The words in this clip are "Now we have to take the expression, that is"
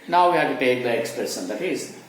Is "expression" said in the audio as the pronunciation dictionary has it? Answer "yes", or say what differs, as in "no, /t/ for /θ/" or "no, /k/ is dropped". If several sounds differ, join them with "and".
no, /s/ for /ʃ/